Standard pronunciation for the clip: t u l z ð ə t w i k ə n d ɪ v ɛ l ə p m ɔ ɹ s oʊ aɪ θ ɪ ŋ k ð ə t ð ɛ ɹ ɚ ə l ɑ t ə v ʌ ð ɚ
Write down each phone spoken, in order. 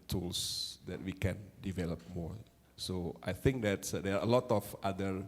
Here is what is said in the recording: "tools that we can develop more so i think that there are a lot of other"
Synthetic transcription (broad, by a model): t u l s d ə t w i k ə n d ɪ v ɛ l ə p m ɔ ɹ s oʊ aɪ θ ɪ ŋ k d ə t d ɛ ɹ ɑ ə l ɑ t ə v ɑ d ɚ